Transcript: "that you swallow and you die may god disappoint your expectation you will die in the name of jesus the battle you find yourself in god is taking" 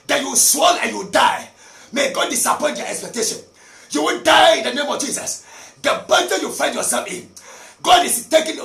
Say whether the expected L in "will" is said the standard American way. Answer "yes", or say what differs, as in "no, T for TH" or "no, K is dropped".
no, N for L